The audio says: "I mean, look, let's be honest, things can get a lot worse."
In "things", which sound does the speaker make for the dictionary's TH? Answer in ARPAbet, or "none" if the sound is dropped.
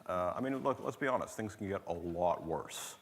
TH